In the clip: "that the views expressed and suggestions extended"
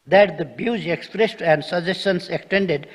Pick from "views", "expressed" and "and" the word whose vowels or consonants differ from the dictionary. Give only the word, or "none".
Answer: views